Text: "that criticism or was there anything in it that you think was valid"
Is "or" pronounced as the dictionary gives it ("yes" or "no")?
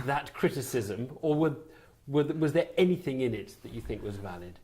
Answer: no